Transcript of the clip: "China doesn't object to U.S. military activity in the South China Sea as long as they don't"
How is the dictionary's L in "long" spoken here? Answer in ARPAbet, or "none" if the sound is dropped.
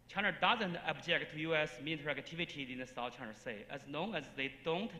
N